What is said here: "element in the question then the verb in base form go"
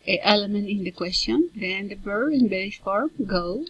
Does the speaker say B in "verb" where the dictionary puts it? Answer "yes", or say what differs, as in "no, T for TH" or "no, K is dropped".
no, B is dropped